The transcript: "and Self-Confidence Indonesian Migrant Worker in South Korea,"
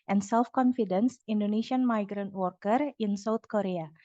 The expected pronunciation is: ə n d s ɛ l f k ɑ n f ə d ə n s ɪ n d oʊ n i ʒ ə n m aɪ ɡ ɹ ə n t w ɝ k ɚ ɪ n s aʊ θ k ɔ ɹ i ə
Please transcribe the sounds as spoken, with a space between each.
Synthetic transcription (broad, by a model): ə n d s ɛ l f k ɑ n f ə d ə n s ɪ n d oʊ n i ʃ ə n m aɪ ɡ ɹ ə n t w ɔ k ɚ ɪ n s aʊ t k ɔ ɹ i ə